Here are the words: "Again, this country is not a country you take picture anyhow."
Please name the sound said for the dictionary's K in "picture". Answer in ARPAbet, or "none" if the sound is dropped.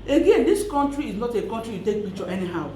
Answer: none